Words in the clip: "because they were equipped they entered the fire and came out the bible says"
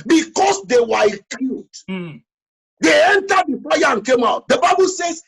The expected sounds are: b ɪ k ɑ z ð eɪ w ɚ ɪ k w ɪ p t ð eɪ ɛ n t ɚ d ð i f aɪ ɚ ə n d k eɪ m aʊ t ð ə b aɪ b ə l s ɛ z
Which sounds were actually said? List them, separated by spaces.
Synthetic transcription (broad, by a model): b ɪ k ɑ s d eɪ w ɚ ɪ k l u t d eɪ ɛ n t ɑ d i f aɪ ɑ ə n k eɪ m aʊ t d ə b aɪ b ə l s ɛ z